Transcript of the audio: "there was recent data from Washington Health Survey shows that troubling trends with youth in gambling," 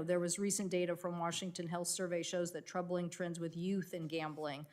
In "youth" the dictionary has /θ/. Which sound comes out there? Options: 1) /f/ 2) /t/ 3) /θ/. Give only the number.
3